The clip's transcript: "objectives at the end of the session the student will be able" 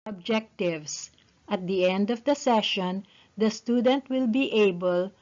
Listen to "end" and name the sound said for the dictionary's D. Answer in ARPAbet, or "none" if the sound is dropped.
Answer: D